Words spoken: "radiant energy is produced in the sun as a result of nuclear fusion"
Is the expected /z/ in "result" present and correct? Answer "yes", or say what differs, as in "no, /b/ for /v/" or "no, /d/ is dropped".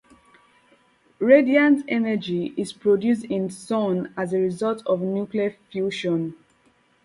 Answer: yes